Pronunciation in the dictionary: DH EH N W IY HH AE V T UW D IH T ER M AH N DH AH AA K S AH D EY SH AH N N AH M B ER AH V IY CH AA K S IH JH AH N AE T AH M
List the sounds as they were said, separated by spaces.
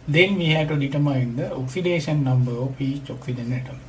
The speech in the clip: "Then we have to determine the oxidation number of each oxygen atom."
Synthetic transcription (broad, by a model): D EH N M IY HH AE T UW D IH T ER M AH N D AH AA K S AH D EY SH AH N N AH M B ER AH P IY CH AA K S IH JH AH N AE T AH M